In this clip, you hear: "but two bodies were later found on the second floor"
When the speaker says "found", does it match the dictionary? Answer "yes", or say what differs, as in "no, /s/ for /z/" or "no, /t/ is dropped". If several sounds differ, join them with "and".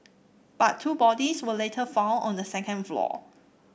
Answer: no, /d/ is dropped